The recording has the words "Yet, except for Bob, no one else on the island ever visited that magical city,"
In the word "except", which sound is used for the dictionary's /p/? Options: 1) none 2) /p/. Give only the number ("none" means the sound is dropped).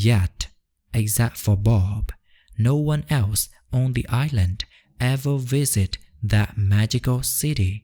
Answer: 1